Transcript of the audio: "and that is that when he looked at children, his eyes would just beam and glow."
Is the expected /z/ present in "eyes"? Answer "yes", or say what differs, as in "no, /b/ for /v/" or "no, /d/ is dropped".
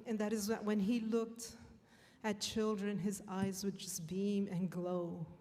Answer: yes